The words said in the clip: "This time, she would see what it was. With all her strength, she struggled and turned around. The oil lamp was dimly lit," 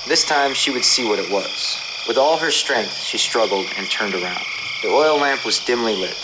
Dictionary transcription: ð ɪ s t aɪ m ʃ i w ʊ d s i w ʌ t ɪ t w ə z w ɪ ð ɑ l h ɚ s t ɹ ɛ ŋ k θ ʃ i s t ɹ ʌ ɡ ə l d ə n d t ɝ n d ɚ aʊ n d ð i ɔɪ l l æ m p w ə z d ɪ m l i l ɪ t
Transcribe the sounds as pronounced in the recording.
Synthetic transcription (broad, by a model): ð ɪ s t aɪ m ʃ i w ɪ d s i w ʌ t ɪ t w ə z w ɪ ð ɑ l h ɚ s t ɹ ɛ ŋ k θ ʃ i s t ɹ ʌ ɡ l d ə n t ɝ n d ɚ aʊ n d ð i ɔɪ l l æ m p w ə z d ɪ m l i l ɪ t